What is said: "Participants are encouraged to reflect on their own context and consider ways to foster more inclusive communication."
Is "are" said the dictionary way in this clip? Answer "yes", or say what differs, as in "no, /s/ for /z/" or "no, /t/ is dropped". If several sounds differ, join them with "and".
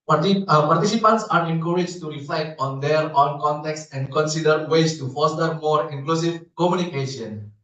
yes